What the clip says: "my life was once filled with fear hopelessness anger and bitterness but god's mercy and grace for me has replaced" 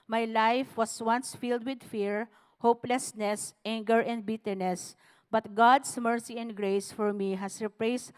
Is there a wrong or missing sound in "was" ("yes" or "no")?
yes